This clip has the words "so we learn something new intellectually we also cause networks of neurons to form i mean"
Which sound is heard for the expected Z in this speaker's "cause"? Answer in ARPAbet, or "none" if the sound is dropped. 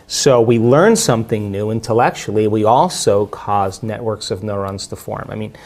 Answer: Z